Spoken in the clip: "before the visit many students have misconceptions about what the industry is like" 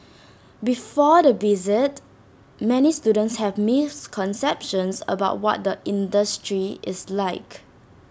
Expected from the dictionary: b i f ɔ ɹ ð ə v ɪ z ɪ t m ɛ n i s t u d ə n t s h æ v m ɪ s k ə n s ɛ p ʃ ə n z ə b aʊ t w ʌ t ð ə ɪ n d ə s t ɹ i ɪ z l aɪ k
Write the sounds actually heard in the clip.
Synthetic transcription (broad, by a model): b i f ɔ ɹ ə b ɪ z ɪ t m ɛ n i s t u d ə n t s h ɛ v m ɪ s k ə n s ɛ p ʃ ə n s ə b aʊ t w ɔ t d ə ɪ n d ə s t ɹ i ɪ s l aɪ k